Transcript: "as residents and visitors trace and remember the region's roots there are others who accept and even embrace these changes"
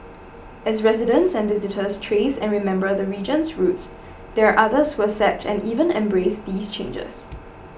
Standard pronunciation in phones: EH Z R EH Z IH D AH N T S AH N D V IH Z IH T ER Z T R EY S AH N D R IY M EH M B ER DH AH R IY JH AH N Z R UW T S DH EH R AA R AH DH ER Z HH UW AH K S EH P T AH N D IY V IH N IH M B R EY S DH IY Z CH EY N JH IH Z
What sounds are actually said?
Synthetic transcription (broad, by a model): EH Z R EH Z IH D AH N T S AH N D V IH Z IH T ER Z T R EY S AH N R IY M EH M B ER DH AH R IY JH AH N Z R UW T S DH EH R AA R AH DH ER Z HH UW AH S EH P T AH N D IY V IH N IH M B R EY S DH IY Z CH EY N JH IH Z